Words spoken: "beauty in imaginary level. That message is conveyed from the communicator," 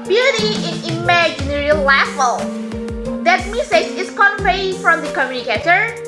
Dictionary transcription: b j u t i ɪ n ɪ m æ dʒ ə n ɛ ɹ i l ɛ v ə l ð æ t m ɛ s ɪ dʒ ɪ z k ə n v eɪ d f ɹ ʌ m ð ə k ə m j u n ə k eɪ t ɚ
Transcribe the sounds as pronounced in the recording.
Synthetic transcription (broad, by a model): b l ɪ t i ɪ n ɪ m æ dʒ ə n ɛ ɹ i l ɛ f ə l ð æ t m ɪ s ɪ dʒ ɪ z k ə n p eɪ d f ɹ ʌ m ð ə k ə m j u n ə k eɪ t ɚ